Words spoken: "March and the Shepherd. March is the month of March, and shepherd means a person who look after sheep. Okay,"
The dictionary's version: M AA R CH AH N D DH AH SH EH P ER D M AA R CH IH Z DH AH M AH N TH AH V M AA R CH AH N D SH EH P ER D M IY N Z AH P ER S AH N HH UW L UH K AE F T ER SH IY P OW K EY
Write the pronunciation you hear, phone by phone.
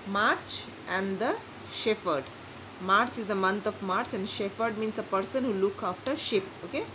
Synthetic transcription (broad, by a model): M AA R CH AH N D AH SH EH F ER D M AA R CH IH Z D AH M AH N T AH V M AA R CH AH N D SH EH F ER D M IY N S AH P ER S AH N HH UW L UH K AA F T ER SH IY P OW K EY